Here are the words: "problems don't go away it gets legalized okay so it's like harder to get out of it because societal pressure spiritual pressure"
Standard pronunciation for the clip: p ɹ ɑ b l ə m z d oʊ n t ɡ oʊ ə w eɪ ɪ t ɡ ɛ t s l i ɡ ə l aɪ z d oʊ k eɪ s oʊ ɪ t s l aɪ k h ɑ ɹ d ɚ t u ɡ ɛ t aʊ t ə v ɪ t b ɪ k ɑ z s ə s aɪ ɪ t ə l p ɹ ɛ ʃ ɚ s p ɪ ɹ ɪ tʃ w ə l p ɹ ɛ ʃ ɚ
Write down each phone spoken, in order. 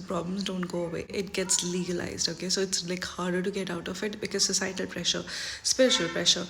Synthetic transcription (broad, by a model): p ɹ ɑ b l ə m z d oʊ n t ɡ oʊ ə w eɪ ɪ t ɡ ɛ t s l i ɡ ə l aɪ z d oʊ k eɪ s oʊ ɪ t s l aɪ k h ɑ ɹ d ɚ t u ɡ ɛ t aʊ t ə f ɪ t b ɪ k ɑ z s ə s aɪ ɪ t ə l p ɹ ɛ ʃ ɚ s p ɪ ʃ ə l p ɹ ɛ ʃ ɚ